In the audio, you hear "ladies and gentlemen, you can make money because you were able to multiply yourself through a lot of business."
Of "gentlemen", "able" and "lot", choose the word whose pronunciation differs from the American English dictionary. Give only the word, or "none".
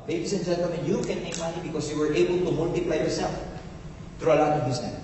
gentlemen